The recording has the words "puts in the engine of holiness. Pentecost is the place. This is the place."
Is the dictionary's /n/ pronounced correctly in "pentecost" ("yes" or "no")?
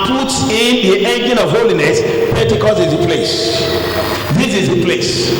no